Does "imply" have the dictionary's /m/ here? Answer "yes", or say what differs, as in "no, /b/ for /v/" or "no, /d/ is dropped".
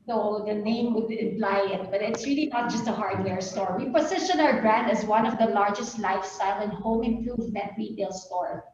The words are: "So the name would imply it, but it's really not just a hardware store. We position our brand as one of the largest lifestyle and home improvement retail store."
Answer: no, /m/ is dropped